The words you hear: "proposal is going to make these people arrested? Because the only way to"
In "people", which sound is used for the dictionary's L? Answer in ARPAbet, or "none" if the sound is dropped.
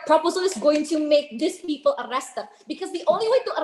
L